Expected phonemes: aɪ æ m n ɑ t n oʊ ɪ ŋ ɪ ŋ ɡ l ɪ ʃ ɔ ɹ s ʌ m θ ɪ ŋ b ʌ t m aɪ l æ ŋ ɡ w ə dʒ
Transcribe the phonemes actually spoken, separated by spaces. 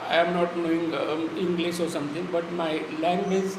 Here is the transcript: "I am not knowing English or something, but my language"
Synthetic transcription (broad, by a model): aɪ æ m n ɑ t n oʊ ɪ ŋ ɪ ŋ ɡ l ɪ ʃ ɔ ɹ s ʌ m t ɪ ŋ b ʌ t m aɪ l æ ŋ ɡ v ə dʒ